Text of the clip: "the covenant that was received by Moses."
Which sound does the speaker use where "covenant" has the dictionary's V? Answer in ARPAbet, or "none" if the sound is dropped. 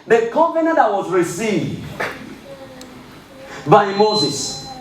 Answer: P